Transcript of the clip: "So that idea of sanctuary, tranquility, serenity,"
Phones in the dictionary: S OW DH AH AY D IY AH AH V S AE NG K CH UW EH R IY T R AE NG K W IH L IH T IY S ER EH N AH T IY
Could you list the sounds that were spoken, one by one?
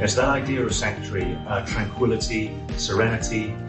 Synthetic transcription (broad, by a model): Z DH AH AY D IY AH AH V S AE K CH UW R IY T R AE NG K W IH L IH T IY S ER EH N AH T IY